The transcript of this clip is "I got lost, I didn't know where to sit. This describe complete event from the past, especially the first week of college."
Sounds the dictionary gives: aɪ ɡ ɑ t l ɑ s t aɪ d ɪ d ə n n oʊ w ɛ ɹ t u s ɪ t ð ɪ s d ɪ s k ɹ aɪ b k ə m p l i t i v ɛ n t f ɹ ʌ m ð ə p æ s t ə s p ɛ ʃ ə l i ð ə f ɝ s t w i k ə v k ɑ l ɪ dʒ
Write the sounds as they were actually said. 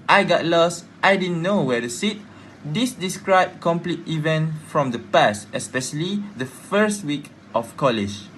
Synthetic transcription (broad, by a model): aɪ ɡ ɑ t l ɑ s t aɪ d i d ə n n oʊ w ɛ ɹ t u s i t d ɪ s d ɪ s k ɹ aɪ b k ə m p l i t i v ɛ n t f ɹ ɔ m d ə p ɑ s t ə s p ɛ ʃ ə l i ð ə f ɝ s t w i k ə f k ɑ l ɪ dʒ